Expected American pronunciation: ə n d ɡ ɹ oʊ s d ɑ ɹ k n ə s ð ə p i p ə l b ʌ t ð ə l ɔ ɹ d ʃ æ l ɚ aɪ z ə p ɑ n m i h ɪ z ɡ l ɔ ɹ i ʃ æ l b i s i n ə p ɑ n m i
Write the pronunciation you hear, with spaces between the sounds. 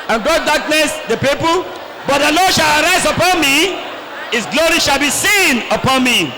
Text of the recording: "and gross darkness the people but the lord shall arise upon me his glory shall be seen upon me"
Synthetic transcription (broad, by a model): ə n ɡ oʊ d d ɑ k n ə s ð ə p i p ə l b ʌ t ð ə l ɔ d ʃ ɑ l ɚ aɪ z ə p ɑ n m i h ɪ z ɡ l ɔ ɹ i ʃ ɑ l b i s i n ə p ɑ n m i